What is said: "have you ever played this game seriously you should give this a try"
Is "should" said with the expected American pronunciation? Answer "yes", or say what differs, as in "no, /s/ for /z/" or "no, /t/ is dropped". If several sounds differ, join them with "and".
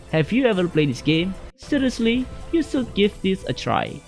no, /s/ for /ʃ/